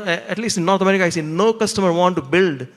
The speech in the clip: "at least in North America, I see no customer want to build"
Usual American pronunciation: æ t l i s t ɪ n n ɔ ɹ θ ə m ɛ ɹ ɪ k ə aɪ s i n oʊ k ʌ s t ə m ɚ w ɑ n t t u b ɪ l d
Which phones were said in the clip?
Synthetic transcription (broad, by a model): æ t l i s t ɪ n n ɔ ɹ t ə m ɛ ɹ ɪ k ə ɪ s i n oʊ k ʌ s t ə m ɚ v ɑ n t t u b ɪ l d